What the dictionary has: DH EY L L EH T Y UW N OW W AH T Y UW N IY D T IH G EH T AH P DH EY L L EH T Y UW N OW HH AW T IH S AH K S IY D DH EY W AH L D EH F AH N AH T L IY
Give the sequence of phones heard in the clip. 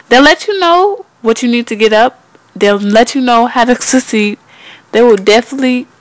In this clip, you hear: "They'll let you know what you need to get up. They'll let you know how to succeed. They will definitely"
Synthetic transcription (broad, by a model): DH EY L L EH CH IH N OW W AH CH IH N IY D T IH G EH T AH P DH EY L L EH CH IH N OW HH AW T IH S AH S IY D DH EY W AH L D EH F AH N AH T L IY